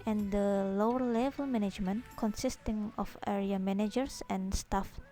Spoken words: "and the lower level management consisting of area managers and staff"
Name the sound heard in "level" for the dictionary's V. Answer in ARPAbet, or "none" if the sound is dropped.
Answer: V